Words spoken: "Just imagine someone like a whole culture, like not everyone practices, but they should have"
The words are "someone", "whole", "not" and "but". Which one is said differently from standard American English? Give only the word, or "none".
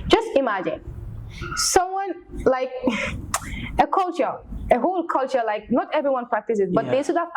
none